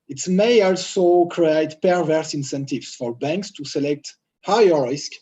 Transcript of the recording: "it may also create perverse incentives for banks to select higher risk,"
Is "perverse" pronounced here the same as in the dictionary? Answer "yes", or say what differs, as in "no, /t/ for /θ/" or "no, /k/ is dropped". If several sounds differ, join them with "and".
yes